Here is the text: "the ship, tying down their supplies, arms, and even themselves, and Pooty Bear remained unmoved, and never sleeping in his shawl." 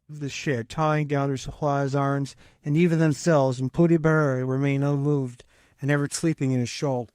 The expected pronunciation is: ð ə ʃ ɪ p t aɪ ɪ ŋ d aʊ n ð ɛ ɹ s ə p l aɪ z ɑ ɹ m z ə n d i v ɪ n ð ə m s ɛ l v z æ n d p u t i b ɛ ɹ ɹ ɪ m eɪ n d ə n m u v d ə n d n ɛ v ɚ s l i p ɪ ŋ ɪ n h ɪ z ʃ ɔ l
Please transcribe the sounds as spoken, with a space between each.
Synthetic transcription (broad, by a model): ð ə ʃ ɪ t aɪ ɪ ŋ d aʊ n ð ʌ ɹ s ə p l aɪ z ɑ ɹ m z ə n i v ɪ n ð ə m s ɛ l v z n p u t i b ɛ ɹ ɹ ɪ m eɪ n ə n m u v d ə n n ɛ v ɚ s l i p ɪ ŋ ɪ n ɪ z ʃ ɔ l